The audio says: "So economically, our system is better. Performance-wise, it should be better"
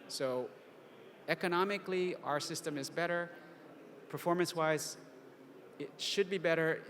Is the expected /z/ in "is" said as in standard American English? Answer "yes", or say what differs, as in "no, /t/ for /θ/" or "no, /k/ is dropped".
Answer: yes